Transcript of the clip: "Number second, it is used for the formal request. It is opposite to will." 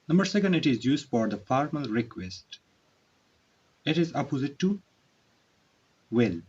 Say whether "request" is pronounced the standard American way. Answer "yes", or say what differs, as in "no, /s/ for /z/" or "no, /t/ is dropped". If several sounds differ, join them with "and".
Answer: yes